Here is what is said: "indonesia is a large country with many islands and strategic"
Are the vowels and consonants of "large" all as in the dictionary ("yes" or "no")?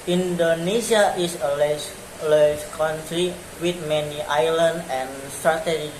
no